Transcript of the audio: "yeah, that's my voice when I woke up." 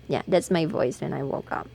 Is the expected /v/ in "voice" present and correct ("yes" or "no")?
yes